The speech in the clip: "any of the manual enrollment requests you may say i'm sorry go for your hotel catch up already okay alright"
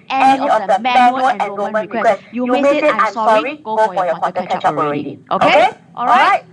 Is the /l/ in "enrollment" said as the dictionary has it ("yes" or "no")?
no